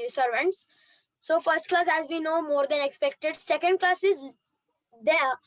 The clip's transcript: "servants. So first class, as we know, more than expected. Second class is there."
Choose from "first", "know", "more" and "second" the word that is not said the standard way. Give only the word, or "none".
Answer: none